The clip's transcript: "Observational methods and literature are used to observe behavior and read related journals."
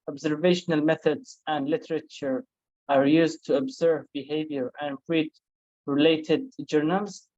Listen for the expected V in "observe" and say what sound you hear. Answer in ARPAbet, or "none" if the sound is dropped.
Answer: V